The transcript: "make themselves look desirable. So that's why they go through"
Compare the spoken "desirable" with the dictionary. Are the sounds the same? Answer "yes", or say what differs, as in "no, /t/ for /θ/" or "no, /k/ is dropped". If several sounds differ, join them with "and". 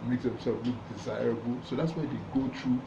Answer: yes